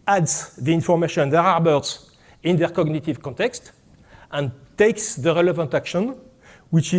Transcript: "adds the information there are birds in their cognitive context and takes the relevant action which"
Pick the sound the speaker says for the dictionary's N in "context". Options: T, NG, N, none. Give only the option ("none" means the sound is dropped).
N